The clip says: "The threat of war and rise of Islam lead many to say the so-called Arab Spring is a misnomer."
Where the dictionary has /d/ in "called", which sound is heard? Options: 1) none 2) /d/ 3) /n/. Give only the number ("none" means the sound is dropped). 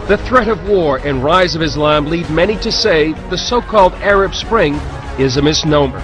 2